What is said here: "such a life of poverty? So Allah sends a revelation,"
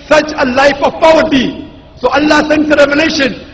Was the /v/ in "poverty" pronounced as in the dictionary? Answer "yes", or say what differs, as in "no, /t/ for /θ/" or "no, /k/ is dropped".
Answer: no, /w/ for /v/